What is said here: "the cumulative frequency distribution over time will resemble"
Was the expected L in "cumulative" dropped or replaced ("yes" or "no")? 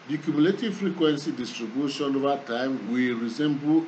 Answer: no